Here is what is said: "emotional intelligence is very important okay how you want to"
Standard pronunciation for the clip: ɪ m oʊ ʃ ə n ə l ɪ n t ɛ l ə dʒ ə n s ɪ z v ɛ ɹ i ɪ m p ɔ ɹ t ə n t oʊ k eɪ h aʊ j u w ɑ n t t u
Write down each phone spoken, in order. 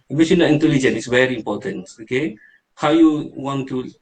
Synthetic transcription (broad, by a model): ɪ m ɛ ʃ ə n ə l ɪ n t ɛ l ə dʒ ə n ɪ s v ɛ ɹ i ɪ m p ɔ t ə n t oʊ k eɪ h aʊ j u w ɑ n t t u